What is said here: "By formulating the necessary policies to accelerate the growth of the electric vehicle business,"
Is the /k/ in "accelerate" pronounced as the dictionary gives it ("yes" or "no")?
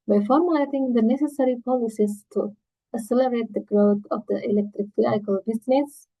no